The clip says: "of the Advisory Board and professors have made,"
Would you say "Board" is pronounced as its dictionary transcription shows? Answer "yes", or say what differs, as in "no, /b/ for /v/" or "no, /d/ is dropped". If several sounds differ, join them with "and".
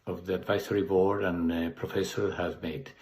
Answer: no, /d/ is dropped